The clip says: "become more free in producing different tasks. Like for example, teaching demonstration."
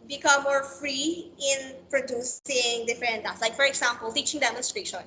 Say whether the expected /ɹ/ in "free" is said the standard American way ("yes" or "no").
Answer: yes